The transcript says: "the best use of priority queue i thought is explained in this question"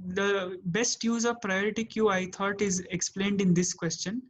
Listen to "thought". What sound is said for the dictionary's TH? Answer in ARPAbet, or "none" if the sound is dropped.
T